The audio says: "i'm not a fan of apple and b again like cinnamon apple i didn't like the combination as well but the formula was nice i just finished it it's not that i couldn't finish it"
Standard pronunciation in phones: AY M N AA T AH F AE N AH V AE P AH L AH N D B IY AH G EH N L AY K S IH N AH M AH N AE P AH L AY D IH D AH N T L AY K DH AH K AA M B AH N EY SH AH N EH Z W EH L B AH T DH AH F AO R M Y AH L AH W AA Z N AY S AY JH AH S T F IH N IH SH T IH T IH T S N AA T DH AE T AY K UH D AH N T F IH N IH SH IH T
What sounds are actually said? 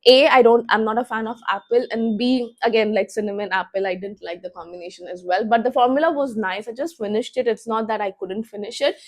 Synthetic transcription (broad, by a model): AY M N AA T AH F AE N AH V AE P AH L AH N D B IY AH G EH N L AY K S IH N AH M AH N AE P AH L AY D IH D AH N T L AY K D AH K AA M B AH N EY SH AH N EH Z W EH L B AH T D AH F AO R M Y AH L AH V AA Z N AY S AY JH AH S T F IH N IH SH T IH T IH T S N AA T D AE T AY K UH D AH N T F IH N IH SH IH T